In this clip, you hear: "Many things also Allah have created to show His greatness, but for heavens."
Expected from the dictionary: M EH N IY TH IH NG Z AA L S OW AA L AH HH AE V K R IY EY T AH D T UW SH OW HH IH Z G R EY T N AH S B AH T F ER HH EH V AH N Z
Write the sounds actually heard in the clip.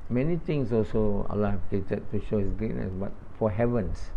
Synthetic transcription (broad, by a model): M EH N IY T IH NG S AA L S OW AA L AH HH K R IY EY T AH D T UW SH OW HH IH S G R EY T N AH S B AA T F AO HH EH V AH N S